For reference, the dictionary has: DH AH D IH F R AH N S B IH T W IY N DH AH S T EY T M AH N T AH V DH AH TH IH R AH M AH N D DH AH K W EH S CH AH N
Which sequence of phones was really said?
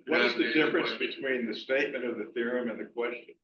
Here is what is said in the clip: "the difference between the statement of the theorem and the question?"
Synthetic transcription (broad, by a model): DH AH D IH F R AH N S B IH T W IY N DH AH S T EY T M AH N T AH V DH AH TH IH R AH M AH N DH AH K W EH S CH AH N